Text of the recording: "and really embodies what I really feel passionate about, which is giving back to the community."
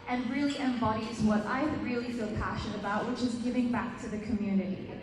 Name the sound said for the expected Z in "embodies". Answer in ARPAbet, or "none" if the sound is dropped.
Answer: Z